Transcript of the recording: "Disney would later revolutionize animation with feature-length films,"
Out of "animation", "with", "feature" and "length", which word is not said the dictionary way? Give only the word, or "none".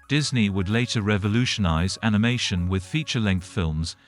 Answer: none